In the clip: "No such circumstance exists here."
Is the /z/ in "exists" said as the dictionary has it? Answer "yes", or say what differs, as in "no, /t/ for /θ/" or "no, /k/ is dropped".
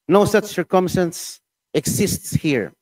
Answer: no, /s/ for /z/